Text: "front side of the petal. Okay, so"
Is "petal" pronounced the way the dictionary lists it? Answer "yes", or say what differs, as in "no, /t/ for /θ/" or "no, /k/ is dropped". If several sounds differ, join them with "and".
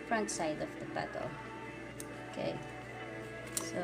no, /b/ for /p/